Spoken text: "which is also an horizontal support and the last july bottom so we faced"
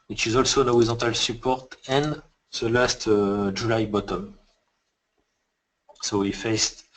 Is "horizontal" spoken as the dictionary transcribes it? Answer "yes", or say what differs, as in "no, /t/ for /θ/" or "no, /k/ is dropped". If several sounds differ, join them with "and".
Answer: no, /n/ is dropped